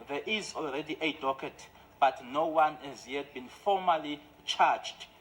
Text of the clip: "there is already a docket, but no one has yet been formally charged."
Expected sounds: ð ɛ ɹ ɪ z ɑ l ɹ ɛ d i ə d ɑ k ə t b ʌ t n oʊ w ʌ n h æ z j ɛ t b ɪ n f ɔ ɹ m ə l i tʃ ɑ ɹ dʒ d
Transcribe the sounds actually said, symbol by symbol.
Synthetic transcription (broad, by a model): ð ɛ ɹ ɪ z ɑ l ɹ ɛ d i ə d ɑ k ə t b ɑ t n oʊ w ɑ n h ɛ z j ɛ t b ɪ n f ɔ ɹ m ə l i tʃ ɑ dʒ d